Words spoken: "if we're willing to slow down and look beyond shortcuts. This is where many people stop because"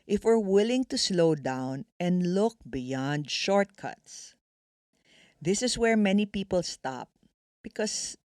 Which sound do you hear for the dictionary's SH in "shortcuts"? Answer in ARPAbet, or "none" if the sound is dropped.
SH